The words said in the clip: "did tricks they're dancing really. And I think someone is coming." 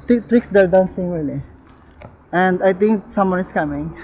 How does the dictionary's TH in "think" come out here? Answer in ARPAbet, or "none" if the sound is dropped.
T